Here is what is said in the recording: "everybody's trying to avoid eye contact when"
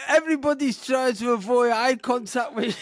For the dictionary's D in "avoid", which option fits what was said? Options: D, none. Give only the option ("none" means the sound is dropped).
none